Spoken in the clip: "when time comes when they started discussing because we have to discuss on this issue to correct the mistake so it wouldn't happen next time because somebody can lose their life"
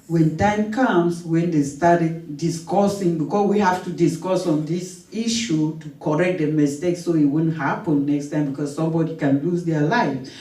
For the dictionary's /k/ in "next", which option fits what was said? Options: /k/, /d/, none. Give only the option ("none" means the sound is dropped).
/k/